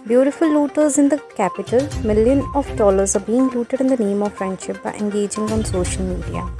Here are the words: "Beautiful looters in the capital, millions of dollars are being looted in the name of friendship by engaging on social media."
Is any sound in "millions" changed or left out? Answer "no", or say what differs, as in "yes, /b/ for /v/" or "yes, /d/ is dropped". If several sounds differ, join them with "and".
yes, /z/ is dropped